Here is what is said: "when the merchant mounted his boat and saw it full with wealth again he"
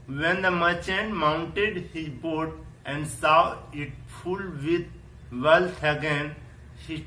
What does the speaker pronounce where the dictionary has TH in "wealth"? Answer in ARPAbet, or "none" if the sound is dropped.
T